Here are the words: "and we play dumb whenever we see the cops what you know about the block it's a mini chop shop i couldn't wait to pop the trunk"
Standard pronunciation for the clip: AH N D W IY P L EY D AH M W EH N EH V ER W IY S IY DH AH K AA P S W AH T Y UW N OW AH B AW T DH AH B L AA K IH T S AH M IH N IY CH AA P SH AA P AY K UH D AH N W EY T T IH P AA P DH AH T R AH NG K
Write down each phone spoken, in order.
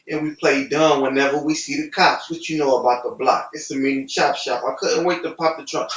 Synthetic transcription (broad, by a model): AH N W IY P L EY D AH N W EH N EH V ER W IY S IY DH AH K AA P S W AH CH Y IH N OW AH B AW T DH AH B L AA K IH T S AH M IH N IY SH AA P SH AA P AY K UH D N W EY T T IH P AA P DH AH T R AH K